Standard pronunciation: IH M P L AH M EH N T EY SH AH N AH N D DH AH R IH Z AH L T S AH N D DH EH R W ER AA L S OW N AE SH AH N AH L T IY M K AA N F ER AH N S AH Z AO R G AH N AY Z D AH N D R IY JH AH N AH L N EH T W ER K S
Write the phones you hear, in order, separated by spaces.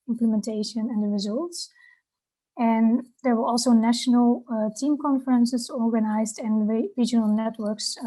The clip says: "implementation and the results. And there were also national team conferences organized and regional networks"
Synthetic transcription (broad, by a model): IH M P L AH M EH N T EY SH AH N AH N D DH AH R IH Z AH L T S AH N D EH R W ER AA L S OW N AE SH AH N AH L T IY M K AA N F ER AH N S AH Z AO R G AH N AY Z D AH N R IY JH AH N AH L N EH T W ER K S